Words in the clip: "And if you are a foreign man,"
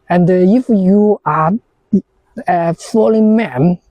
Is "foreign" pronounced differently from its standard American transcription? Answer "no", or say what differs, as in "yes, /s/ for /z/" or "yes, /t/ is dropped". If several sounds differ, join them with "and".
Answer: yes, /l/ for /ɹ/